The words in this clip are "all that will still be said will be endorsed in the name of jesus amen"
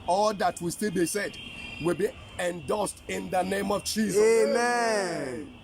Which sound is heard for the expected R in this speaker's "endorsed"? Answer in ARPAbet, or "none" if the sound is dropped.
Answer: L